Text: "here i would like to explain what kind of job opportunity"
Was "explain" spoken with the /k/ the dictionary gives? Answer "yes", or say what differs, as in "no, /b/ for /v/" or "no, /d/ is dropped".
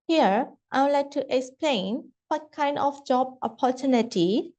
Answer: yes